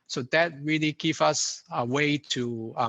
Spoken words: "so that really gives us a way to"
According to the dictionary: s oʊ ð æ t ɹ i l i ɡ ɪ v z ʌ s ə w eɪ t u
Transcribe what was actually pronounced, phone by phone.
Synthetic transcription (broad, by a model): s oʊ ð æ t ɹ i l i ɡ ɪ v ʌ s ə w eɪ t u